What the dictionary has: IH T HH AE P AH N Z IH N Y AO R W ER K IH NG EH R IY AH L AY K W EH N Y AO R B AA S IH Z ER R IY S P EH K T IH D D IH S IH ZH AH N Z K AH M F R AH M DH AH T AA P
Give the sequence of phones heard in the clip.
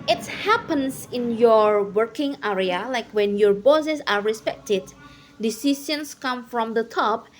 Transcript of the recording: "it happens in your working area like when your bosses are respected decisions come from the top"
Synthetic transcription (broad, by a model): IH T HH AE P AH N S IH N Y AO R W ER K IH NG EH R IY AH L AY K W EH N Y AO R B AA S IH S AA R IY S P EH K T IH D D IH S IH S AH N S K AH M F R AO M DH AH T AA P